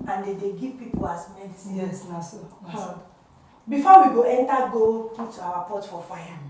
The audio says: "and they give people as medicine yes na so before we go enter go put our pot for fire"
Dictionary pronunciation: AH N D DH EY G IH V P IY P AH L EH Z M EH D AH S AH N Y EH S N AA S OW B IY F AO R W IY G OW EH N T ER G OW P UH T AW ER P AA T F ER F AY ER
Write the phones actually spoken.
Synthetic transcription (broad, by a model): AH N D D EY G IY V P IY P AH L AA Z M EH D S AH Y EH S N AA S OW B IY F AO W IY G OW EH N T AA G OW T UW AW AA P AA T F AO F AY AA